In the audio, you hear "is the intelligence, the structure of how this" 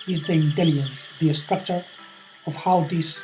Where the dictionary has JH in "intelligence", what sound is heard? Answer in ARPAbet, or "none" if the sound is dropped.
none